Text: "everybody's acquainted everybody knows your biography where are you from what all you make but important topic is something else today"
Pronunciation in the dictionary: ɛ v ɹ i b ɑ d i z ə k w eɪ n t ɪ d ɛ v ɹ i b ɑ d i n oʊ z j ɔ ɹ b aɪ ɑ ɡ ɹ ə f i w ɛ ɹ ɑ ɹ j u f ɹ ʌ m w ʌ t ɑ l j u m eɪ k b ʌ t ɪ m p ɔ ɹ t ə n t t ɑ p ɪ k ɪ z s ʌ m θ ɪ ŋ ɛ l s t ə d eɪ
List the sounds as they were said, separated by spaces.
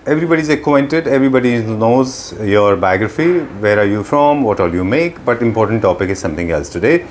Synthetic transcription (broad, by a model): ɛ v ɹ i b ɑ d i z ə k w eɪ n t ɪ d ɛ v ɹ i b ɑ d i n oʊ z j ɔ ɹ b aɪ ɑ ɡ ɹ ə f i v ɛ ɹ ɑ ɹ j u f ɹ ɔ m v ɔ t ɑ l j u m eɪ k b ʌ t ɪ m p ɔ ɹ t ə n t t ɑ p ɪ k ɪ z s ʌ m t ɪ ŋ ɛ l s t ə d eɪ